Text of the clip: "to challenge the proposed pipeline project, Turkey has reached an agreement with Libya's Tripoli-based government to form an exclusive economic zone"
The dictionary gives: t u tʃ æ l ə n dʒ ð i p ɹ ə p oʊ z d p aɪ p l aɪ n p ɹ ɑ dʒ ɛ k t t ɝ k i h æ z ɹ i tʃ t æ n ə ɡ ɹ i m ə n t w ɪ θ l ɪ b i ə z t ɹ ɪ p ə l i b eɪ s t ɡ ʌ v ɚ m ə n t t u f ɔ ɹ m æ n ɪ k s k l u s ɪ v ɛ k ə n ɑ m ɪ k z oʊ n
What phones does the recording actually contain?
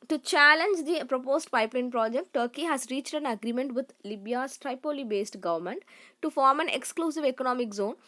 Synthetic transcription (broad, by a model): t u tʃ æ l ə n dʒ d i p ɹ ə p oʊ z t p aɪ p l aɪ n p ɹ ɑ dʒ ɛ k t t ɝ k i h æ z ɹ i tʃ t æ n ə ɡ ɹ i m ə n t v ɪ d l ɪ b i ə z t ɹ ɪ p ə l i b eɪ s t ɡ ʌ v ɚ m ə n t t u f ɔ ɹ m æ n ɪ k s k l u s ɪ v ɛ k ə n ɑ m ɪ k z oʊ n